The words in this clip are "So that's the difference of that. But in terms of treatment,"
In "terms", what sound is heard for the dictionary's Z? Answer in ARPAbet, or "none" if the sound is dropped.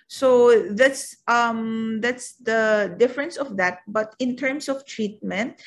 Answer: S